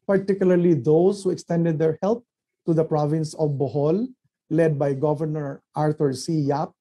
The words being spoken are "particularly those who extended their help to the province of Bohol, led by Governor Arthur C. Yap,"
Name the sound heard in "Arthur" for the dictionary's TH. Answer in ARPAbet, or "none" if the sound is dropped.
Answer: T